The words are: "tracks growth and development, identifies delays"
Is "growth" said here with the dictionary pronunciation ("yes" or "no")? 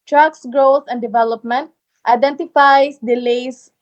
no